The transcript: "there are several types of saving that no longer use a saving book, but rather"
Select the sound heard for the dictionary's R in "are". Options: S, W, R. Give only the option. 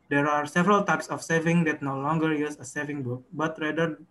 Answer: R